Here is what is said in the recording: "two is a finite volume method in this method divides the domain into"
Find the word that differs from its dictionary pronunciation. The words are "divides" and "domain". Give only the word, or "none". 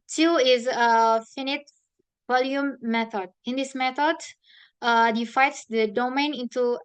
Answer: divides